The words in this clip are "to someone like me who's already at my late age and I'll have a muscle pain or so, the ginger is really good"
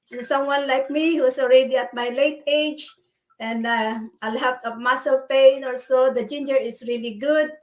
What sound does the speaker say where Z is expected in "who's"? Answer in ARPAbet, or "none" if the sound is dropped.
S